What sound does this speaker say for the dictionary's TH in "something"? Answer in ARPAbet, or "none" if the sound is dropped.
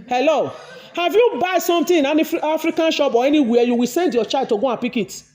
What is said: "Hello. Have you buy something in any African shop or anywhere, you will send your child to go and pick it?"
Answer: T